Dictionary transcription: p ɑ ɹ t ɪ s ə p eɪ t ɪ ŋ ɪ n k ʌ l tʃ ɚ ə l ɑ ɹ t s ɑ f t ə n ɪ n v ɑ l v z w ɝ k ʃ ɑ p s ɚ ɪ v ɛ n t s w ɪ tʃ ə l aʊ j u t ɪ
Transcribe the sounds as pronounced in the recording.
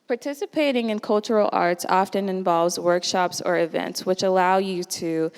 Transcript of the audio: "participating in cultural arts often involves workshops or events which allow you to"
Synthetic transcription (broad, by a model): p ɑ ɹ t ɪ s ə p eɪ t ɪ ŋ ɪ n k ʌ l tʃ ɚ l ɑ ɹ t s ɑ f t ə n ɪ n v ɑ l v z w ɝ k ʃ ɑ p s ɚ ɪ v ɛ n t s w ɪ tʃ ə l aʊ j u t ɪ